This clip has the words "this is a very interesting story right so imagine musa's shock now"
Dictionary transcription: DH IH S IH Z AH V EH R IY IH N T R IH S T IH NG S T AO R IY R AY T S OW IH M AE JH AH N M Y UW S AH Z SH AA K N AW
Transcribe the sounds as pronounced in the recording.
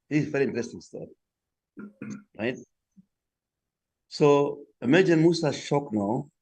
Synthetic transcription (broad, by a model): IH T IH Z V EH R IY IH N T R IH S T IH NG S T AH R R AY T S OW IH M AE JH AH N M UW S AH SH AA K N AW